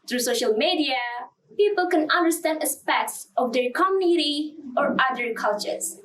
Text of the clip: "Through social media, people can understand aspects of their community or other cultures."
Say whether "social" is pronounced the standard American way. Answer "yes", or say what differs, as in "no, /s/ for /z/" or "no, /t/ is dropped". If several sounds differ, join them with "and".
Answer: yes